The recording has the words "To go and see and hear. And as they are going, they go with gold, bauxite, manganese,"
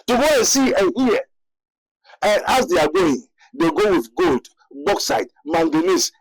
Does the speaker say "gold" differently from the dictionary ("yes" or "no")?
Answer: no